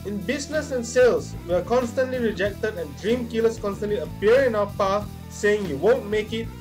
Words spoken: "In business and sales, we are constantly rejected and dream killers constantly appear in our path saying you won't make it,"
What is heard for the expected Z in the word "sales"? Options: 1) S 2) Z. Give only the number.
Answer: 1